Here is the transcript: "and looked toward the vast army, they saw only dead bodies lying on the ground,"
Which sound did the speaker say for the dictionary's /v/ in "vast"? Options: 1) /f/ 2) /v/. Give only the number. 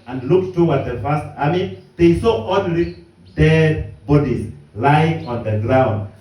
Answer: 1